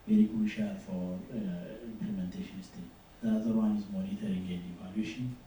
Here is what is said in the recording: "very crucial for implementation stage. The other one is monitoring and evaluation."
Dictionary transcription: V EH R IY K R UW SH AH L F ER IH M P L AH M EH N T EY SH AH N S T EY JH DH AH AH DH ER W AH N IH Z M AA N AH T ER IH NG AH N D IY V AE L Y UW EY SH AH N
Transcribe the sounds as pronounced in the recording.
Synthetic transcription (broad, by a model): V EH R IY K UW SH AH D F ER IH M P L AH M EH N T EY SH AH N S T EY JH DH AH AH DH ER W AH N IH Z M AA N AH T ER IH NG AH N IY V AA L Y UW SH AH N